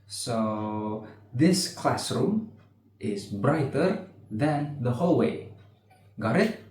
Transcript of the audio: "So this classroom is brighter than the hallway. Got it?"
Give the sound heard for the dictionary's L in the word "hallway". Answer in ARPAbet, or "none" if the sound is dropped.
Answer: L